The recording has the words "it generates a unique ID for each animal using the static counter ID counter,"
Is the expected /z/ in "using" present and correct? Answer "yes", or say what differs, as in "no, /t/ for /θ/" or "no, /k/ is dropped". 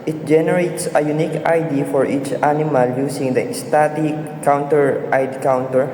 no, /s/ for /z/